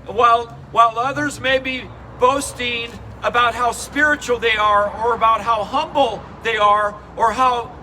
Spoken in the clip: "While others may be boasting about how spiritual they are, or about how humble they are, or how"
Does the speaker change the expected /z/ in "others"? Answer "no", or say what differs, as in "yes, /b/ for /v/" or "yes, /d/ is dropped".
no